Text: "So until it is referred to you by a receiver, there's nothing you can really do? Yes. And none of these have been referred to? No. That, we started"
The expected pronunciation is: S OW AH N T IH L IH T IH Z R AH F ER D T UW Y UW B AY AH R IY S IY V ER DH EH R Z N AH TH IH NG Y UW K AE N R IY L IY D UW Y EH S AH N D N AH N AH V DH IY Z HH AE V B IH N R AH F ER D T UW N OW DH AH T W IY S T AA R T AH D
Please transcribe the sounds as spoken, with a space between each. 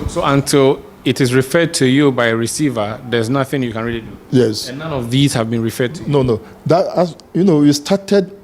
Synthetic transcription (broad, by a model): S OW AH N T IH L IH T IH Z R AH F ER D T UW Y UW B AY AH R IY S IY V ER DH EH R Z N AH TH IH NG Y UW K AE N R IY L IY D UW Y EH S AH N N AH N AH V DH IY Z HH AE V B IH N R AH F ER D T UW N OW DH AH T W IY S T AA T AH D